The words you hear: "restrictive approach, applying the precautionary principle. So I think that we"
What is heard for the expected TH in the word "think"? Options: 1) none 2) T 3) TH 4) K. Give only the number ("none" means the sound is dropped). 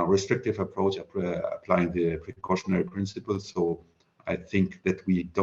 3